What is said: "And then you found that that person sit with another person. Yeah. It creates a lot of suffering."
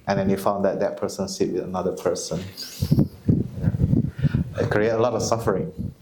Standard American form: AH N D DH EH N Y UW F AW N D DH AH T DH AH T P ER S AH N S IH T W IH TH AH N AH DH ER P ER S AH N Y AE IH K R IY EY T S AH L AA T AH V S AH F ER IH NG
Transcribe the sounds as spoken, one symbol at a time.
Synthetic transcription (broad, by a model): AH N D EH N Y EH F AW N D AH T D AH T P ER S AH N S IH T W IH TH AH N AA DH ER P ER S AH N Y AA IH K R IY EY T AH L AA T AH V S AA F ER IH NG